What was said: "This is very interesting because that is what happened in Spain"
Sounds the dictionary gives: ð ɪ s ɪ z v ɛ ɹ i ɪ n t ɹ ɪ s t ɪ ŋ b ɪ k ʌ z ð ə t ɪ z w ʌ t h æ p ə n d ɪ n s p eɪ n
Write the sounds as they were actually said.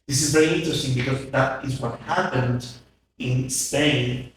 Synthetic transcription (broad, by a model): ð ɪ s ɪ z v ɛ ɹ i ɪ n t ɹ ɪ s t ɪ ŋ b ɪ k ʌ z ð ə t ɪ z w ʌ t h æ p ə n d ɪ n s p eɪ n